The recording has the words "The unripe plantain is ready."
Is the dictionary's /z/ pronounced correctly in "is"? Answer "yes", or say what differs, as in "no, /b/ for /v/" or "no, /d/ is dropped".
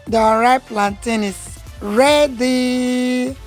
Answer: no, /s/ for /z/